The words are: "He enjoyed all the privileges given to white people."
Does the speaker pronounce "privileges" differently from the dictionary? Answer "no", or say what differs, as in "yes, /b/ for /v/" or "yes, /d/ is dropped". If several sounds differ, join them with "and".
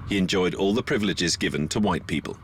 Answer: no